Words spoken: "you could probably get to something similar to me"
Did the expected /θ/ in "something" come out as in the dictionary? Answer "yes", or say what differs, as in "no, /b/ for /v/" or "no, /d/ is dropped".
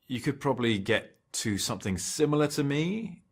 yes